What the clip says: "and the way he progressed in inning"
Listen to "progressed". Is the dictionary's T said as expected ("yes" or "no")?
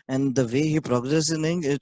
no